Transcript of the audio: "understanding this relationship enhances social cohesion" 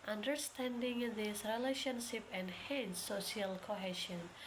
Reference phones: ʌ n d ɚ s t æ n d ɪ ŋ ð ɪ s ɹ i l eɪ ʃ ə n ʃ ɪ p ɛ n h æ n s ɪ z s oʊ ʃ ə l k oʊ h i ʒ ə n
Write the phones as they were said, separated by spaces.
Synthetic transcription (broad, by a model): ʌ n d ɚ s t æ n d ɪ ŋ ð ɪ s ɹ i l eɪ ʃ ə n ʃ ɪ p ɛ n h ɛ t s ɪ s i ə l k oʊ h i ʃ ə n